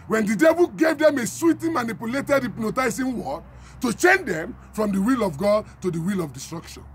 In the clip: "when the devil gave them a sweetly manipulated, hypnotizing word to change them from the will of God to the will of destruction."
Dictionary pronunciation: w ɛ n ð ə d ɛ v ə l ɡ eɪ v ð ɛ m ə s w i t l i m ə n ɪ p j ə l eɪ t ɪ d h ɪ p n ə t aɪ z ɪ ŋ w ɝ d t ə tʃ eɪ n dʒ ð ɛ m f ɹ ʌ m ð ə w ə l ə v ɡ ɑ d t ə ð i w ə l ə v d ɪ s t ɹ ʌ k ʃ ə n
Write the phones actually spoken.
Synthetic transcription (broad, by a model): w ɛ n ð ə d ɛ v ə l ɡ eɪ v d ɛ m ə s w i t i m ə n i p j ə l eɪ t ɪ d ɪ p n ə t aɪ s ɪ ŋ w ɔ t ə tʃ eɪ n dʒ ɛ m f ɹ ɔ m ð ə w ə l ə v ɡ ɑ d t ə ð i w ə l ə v d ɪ s t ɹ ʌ k ʃ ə n